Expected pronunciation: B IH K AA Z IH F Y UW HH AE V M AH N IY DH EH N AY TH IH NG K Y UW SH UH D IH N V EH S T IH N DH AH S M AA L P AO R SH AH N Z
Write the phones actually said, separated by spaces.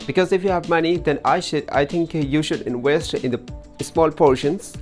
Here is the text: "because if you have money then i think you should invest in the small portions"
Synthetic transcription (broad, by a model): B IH K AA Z IH F Y UW HH AE V M AH N IY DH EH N AY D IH NG K Y UW SH UH D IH N W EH S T IH N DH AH S M AA L P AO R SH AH N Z